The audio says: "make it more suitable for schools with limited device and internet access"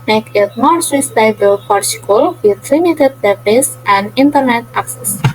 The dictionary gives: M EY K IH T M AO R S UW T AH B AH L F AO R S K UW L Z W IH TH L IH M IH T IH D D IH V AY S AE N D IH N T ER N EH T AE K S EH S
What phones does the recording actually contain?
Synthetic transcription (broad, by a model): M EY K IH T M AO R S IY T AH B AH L P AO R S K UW L W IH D L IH M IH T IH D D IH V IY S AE N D IH N T ER N EH T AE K S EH S